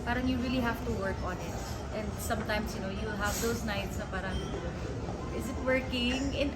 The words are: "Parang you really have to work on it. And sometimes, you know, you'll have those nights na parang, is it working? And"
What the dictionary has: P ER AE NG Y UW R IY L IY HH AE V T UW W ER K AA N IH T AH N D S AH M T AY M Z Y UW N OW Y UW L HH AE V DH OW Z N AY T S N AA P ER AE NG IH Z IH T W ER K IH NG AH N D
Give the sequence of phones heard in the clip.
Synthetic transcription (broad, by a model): P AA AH NG Y UW R IY L IY HH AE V T UW W ER K AA N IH T AH N D S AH M T AY M S Y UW N OW Y UW L HH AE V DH OW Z N AY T S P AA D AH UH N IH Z IH T W ER K IH NG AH N